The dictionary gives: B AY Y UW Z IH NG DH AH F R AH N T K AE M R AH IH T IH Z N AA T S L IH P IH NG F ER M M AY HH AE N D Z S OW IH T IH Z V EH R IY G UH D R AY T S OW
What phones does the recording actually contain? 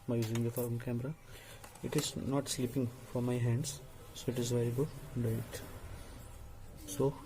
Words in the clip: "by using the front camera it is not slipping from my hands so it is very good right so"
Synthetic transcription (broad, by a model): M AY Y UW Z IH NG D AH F AH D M K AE M R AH IH T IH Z N AA T S L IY P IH NG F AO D M AY HH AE N D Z S OW IH T IH Z V EH R IY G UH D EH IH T S OW